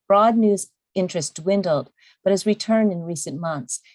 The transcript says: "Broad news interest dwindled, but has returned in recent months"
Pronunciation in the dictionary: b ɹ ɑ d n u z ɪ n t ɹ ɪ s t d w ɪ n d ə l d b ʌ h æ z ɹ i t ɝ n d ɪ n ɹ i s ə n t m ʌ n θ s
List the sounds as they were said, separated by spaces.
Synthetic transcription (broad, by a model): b ɹ ɑ d n u z ɪ n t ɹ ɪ s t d w ɪ n d l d b ʌ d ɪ z ɹ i t ɝ n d ɪ n ɹ i s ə n m ʌ n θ s